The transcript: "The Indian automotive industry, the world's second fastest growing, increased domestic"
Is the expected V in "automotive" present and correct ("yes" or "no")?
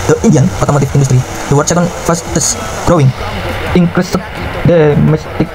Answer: no